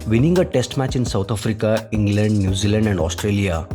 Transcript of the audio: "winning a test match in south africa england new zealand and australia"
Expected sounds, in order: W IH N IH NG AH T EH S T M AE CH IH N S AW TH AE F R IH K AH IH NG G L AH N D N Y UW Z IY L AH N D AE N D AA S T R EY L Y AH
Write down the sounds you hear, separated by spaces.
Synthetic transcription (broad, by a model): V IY N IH NG AH T EH S T M AE CH IH N S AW T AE F R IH K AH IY NG G L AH N D N Y UW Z IY L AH N D AE N D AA S T R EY L Y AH